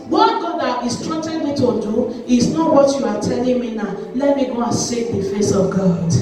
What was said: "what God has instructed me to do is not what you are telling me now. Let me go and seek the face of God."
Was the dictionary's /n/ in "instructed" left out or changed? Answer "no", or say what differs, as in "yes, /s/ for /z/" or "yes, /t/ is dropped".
yes, /n/ is dropped